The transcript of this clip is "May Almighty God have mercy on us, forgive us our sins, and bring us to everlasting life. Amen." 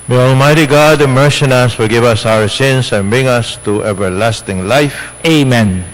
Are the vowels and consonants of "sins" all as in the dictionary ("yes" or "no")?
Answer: no